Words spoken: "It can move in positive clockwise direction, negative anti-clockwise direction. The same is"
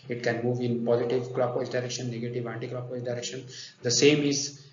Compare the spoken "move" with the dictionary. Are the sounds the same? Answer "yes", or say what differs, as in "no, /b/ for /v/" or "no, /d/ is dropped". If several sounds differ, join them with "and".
yes